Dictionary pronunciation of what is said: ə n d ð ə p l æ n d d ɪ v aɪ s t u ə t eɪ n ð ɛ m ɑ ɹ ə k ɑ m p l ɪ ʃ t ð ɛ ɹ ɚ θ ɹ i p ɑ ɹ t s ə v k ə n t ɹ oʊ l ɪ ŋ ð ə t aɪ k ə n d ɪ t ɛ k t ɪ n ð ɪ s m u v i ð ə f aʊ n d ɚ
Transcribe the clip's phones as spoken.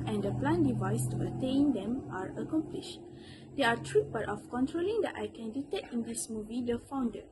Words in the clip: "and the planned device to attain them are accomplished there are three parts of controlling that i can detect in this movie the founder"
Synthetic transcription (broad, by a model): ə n d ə p l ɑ n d d ɪ v aɪ s t u ə t eɪ n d ɛ m ɑ ɹ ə k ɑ m p l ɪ ʃ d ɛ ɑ t ɹ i b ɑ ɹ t ə f k ə n t ɹ oʊ l ɪ ŋ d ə t aɪ k ə n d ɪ t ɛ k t ɪ n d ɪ s m u v i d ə f aʊ n d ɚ